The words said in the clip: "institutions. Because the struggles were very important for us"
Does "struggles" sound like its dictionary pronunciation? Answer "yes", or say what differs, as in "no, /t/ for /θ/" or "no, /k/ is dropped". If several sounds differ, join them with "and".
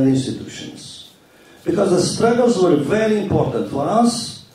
yes